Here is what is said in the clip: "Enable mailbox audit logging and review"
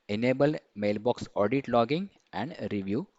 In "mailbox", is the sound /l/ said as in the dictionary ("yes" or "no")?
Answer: yes